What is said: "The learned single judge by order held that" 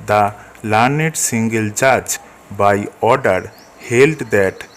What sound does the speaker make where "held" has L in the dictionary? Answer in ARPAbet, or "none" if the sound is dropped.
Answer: L